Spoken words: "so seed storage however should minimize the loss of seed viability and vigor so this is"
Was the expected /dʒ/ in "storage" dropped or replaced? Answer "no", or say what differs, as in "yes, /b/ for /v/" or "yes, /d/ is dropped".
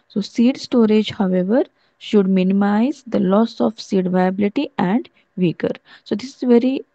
no